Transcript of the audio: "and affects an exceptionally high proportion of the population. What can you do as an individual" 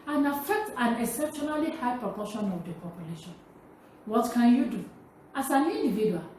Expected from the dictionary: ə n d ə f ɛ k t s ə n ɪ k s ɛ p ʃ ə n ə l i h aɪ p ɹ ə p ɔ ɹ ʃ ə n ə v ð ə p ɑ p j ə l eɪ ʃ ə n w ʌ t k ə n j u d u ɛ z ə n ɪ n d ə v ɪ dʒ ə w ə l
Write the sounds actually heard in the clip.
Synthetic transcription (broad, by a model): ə n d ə f ɛ k t ə n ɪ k s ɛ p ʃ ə n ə l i h aɪ p ɹ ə p ɔ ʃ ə n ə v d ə p ɑ p j ə l eɪ ʃ ə n w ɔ t k ə n j u d u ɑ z ə n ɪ n d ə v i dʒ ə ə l